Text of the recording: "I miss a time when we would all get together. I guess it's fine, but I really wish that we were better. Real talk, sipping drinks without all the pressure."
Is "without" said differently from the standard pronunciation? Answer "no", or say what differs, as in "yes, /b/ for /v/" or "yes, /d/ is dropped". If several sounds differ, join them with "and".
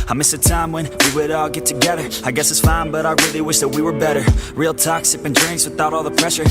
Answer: no